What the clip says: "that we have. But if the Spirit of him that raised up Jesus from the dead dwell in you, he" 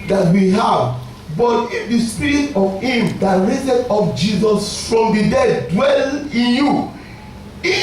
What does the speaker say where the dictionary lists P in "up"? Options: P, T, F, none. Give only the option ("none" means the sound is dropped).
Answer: F